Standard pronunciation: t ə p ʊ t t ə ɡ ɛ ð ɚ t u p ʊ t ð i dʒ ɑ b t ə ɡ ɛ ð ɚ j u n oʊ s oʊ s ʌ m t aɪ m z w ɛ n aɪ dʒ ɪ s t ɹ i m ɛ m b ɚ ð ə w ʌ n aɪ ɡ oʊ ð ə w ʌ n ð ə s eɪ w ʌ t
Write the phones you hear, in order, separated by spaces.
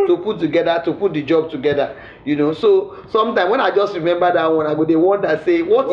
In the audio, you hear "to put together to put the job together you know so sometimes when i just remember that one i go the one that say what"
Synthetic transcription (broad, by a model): t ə p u t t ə ɡ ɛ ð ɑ t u p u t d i dʒ ɑ b t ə ɡ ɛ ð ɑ j u n oʊ s oʊ s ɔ m t aɪ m w ɛ n aɪ dʒ ɪ s t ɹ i m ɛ m b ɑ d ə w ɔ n aɪ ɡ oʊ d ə w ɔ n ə s eɪ w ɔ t